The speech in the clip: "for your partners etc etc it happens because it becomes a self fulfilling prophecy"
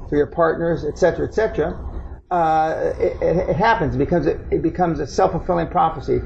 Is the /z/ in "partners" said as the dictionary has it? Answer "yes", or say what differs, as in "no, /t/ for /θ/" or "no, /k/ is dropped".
yes